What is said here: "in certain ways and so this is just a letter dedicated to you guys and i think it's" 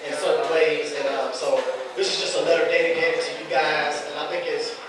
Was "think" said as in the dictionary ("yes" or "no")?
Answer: yes